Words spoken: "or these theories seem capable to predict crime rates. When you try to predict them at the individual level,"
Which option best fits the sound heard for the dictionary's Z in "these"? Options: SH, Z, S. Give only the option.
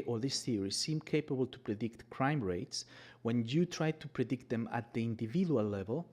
S